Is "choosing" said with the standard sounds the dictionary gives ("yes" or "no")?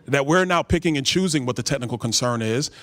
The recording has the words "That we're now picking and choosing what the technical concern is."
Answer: yes